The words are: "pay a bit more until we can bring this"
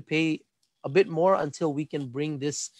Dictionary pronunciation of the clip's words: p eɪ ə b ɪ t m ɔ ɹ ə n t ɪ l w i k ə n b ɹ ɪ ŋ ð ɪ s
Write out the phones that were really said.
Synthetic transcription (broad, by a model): p eɪ ə b ɪ t m ɔ ɹ ə n t ɪ l w i k ə n b ɹ ɪ ŋ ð ɪ s